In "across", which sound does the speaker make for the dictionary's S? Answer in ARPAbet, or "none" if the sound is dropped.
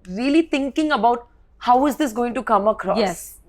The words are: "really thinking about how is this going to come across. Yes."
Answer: none